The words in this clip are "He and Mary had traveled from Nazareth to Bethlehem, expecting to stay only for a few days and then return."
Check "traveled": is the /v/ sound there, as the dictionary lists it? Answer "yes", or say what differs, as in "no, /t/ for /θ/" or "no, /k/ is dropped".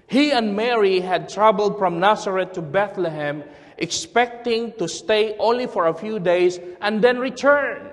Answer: no, /b/ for /v/